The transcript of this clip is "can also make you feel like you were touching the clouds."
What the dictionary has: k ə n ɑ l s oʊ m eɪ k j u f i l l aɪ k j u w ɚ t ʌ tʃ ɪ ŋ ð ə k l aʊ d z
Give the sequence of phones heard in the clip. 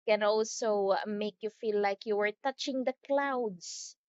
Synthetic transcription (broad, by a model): k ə n ɑ l s oʊ m eɪ k j u f i l l aɪ k j u w ɚ t ʌ tʃ ɪ ŋ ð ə k l aʊ d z